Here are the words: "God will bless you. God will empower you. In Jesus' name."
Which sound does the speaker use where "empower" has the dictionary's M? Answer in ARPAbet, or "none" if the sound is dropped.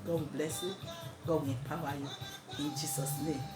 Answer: none